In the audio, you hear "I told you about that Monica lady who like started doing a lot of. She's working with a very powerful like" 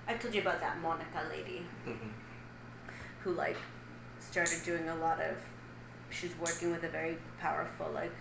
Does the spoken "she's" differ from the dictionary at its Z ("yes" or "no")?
no